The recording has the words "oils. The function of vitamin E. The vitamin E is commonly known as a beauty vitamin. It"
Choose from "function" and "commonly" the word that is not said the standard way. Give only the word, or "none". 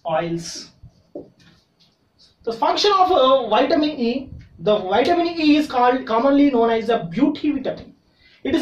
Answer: none